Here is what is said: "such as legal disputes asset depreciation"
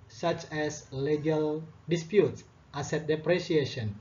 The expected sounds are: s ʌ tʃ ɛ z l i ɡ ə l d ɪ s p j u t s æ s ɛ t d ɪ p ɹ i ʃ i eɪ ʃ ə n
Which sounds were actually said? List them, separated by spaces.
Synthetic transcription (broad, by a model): s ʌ tʃ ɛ s l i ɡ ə l d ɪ s p j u t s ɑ s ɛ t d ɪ p ɹ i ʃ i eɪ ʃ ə n